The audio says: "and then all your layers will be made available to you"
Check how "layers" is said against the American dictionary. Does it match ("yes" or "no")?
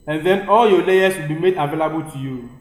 no